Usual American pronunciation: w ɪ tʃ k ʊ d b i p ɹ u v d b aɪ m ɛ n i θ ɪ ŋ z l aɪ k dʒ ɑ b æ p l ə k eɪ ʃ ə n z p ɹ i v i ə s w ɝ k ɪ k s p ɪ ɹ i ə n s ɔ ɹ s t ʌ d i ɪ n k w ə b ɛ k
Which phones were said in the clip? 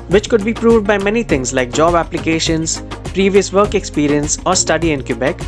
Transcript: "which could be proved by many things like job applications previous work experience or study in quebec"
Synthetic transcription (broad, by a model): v ɪ tʃ k ʊ d b i p ɹ u v d b aɪ m ɛ n i t ɪ ŋ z l aɪ k dʒ ɑ b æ p l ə k eɪ ʃ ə n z p ɹ i v i ə s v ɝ k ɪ k s p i ɹ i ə n s ɔ ɹ s t ʌ d i ɪ n k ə b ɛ k